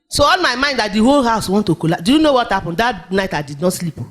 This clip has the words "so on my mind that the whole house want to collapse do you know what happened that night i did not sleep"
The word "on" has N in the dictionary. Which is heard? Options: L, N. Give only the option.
L